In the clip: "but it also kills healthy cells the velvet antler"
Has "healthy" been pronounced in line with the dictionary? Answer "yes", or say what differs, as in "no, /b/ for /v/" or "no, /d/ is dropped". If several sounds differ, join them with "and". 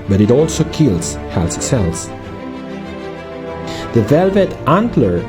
no, /s/ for /θ/